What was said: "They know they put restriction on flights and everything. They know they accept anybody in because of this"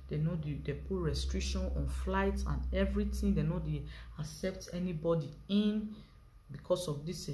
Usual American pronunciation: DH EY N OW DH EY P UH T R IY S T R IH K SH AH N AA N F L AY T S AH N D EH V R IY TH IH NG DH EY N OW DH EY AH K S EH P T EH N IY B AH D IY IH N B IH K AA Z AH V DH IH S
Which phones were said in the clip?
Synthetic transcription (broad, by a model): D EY N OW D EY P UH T R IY S T R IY K SH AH N AA N F L AY T S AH N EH V R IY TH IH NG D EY N OW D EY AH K S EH P T EH N IY B AH D IY IH N B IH K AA S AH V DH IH S